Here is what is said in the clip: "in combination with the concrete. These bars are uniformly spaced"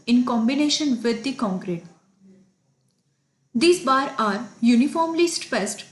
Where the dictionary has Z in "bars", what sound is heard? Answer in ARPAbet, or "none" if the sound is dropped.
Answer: none